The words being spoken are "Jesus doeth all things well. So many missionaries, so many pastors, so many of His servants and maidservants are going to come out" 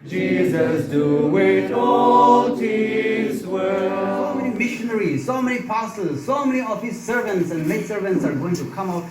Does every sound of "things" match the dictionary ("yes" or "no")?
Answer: no